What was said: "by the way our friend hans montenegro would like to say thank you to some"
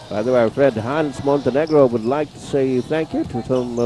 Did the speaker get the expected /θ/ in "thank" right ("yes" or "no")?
yes